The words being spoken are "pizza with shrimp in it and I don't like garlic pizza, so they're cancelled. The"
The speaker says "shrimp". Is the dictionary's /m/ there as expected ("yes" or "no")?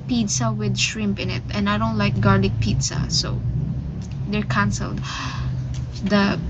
yes